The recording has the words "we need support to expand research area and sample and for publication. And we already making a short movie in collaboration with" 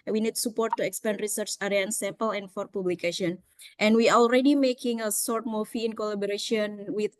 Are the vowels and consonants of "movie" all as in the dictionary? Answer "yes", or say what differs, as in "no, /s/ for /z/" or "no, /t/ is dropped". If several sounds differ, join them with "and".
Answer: no, /f/ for /v/